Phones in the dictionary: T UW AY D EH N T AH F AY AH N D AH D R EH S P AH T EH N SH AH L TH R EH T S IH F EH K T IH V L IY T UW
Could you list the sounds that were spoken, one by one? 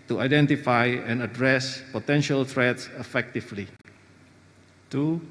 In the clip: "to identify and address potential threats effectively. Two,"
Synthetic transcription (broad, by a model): T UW AY D EH N T AH F AY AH N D AH D R EH S P AH T EH N SH AH L T R EH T S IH F EH K T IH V L IY T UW